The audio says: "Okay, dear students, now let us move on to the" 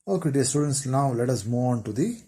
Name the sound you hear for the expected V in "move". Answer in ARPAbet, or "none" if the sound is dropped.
none